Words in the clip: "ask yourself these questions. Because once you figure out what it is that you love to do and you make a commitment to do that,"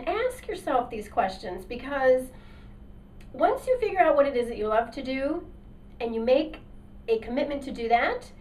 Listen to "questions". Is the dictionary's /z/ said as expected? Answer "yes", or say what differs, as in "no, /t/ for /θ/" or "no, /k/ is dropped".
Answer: yes